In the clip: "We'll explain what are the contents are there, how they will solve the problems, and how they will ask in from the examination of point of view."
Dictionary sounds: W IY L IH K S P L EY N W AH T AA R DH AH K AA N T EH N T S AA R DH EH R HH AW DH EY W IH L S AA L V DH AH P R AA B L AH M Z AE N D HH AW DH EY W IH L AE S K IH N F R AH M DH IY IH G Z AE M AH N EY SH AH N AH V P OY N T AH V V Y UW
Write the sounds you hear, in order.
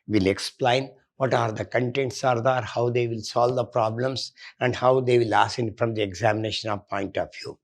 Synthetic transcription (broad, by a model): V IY L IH K S P L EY N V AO T AA R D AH K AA N T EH N T S AA R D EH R HH AW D EY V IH L S AA L V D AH P R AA B L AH M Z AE N D HH AW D EY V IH L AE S IH N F R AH M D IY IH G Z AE M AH N EY SH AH N AH V P OY N T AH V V Y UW